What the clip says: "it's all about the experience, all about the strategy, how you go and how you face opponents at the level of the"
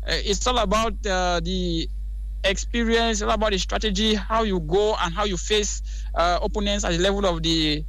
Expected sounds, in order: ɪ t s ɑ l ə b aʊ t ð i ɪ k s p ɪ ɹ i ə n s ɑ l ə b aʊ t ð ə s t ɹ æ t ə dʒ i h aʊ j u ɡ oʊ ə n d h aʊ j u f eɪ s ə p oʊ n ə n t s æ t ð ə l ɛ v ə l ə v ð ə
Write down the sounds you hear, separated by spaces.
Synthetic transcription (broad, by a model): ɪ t s ɑ l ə b aʊ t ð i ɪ k s p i ɹ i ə n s ɑ l ə b aʊ t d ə s t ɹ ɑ t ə dʒ i h aʊ j u ɡ oʊ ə n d h aʊ j u f eɪ s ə oʊ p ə n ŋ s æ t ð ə l ɛ v ə l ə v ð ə